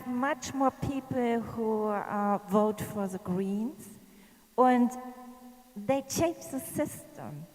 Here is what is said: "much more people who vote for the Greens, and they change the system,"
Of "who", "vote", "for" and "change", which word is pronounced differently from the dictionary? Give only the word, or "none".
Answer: none